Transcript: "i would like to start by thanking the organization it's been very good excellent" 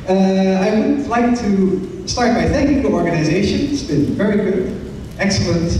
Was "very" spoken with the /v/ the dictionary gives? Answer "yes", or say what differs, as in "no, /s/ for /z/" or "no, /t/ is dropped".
yes